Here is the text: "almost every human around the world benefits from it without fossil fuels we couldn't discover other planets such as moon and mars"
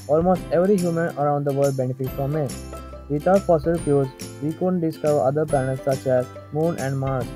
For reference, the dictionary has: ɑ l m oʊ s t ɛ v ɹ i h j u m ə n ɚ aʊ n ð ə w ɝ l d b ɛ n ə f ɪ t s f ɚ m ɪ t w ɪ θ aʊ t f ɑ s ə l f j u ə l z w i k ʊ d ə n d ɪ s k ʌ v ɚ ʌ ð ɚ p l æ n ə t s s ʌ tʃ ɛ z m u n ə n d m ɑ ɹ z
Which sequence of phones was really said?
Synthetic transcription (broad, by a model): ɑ l m oʊ s t ɛ v ɹ i h j u m ə n ɚ aʊ n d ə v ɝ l d b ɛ n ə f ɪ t f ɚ m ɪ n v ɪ t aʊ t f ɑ s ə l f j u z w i k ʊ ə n d ɪ s k ʌ v ɚ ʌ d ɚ p æ n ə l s s ʌ tʃ ɛ z m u n ə n d m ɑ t